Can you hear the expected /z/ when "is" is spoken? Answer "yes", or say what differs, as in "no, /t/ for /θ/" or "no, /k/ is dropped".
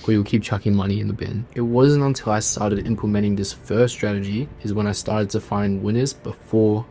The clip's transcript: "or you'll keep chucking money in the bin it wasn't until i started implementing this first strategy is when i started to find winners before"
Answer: yes